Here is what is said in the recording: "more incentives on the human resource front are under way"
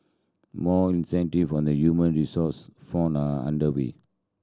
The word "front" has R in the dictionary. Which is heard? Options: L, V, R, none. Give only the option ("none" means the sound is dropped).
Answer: none